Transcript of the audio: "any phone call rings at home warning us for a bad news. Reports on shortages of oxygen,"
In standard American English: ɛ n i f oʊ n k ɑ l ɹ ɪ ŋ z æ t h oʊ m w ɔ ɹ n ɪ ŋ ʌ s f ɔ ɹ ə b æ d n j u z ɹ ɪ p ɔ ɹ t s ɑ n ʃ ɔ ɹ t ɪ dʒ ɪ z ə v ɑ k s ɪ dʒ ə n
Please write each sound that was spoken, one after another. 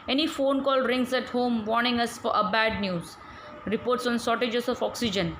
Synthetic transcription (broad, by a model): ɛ n i f oʊ n k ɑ l ɹ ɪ ŋ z æ t h oʊ m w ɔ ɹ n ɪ ŋ ʌ s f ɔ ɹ ə b æ d n j u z ɹ ɪ p ɔ ɹ t s ɑ n s ɔ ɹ t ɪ dʒ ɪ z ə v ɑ k s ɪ dʒ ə n